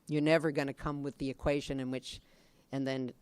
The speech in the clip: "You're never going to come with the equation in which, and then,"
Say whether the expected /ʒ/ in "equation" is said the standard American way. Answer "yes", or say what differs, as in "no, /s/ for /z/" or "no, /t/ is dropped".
yes